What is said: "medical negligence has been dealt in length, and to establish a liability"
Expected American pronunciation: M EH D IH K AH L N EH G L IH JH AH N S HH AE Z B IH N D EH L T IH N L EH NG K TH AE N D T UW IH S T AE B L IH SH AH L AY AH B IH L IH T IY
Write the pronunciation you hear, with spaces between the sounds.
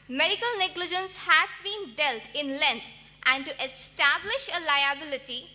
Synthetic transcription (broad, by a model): M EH D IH K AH L N EH G L IH JH AH N S HH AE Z B IH N D EH L T IH N L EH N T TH AE N D T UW IH S T AE B L IH SH AH L AY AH B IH L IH T IY